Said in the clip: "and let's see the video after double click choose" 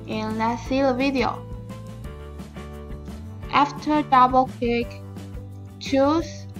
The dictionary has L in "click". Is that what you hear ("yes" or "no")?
no